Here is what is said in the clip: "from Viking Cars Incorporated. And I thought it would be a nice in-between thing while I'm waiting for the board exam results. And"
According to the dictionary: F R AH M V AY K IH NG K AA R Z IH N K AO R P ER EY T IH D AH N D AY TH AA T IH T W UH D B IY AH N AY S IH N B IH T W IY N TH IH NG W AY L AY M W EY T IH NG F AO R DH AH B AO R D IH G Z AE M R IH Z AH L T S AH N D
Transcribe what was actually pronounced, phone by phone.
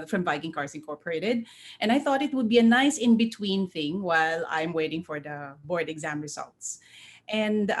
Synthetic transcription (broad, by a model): F R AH M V AY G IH NG K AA R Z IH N K AO R P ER EY T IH D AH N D AY TH AA T IH T W UH D B IY AH N AY S IH N B IH T W IY N TH IH NG W AY L AY M W EY T IH NG F AO R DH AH B AO R D IH G Z AE M R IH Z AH L T S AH N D